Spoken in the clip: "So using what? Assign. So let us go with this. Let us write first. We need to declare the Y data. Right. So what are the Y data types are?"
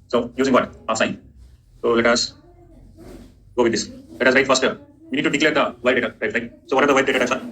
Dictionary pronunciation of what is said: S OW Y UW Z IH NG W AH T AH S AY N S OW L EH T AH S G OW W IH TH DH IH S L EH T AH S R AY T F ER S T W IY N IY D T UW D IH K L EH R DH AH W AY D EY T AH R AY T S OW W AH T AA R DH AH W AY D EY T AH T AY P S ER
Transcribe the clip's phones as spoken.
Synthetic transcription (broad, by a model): S OW Y UW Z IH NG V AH T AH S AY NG S OW L EH T AH S G OW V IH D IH S L EH T AH S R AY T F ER S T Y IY N IY D T UW D IH K L EH R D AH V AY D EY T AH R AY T S OW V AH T AA R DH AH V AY D EY T AH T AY S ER